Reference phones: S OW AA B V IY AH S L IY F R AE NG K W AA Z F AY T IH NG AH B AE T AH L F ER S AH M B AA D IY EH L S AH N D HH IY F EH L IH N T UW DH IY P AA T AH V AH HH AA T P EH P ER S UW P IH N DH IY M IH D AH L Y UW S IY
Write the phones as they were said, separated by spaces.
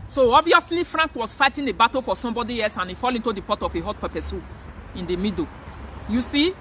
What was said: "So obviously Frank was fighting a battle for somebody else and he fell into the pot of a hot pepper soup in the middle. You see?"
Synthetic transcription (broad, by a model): S OW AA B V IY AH S L IY F R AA NG K W AA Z F AY T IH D AH B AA T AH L F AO S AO M B AA D IY EH L S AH N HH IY F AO L IH N T UW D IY P AA T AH F AH HH AA T P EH P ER S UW IH N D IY M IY D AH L Y UW S IY